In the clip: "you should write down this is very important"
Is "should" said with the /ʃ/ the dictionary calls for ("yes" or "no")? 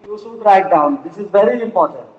no